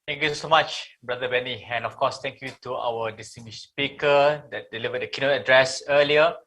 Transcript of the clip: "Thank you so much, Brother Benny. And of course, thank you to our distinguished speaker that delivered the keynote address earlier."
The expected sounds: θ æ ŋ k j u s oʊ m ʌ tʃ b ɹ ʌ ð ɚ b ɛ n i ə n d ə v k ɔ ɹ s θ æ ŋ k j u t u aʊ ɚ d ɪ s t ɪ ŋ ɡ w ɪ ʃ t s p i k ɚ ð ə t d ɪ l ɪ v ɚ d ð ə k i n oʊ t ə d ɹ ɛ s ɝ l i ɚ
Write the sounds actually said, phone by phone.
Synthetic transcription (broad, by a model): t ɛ ŋ k j u s oʊ m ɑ tʃ b ɹ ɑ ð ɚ b ɛ n i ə n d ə f k ɔ s t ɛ ŋ k j u t u aʊ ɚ d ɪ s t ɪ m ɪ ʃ s p i k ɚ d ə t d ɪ l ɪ v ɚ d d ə k i n oʊ t ə d ɹ ɛ s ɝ l i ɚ